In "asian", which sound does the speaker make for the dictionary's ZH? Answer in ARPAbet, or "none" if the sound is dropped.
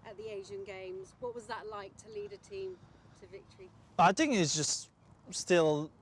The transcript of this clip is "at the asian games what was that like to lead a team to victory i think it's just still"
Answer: ZH